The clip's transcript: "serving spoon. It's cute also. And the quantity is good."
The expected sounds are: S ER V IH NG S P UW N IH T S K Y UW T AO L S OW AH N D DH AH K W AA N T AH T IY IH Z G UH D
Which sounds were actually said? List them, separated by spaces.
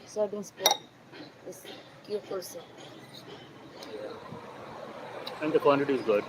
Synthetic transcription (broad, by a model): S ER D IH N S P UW IH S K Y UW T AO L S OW AH N D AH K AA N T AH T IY IH Z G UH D